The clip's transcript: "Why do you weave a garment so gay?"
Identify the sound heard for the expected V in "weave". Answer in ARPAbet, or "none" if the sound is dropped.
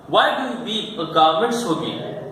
none